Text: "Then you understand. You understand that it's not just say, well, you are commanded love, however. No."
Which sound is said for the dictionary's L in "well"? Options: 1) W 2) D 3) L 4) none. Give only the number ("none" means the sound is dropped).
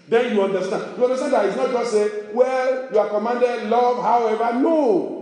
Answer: 3